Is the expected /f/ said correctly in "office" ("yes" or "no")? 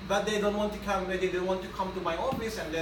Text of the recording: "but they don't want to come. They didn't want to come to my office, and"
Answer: no